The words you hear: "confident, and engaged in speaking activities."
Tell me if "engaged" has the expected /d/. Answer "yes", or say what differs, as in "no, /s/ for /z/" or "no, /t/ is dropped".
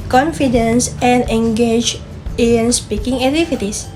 no, /d/ is dropped